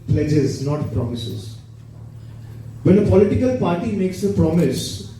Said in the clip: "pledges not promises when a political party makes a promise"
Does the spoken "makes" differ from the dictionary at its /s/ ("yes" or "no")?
no